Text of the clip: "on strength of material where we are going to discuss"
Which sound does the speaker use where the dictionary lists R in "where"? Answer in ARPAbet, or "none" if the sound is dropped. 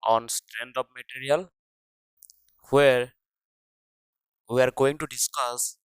R